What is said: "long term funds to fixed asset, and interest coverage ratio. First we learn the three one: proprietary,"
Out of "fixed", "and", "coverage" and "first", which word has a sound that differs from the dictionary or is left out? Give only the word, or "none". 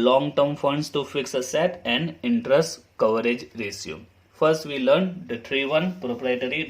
fixed